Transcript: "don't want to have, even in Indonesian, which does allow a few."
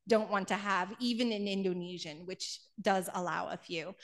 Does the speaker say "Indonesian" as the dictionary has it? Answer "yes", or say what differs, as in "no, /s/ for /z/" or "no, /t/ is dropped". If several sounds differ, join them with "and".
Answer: yes